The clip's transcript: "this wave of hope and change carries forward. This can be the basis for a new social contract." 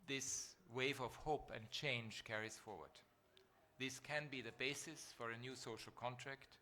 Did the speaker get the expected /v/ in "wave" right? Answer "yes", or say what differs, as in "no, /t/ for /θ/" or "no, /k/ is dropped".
yes